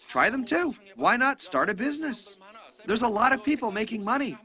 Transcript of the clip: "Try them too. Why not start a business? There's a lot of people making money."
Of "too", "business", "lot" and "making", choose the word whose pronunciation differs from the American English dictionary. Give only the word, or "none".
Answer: none